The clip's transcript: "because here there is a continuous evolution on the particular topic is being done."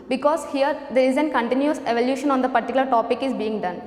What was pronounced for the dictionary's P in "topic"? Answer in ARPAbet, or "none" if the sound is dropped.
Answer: P